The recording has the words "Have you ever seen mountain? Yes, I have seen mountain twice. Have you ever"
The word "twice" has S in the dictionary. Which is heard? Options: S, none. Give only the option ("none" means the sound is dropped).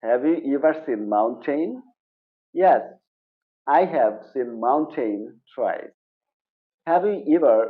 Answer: none